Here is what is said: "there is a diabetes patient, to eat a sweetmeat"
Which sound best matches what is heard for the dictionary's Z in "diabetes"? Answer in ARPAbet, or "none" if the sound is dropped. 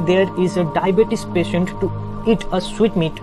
S